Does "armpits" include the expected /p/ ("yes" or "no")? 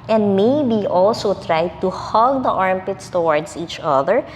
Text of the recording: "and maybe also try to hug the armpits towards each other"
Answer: yes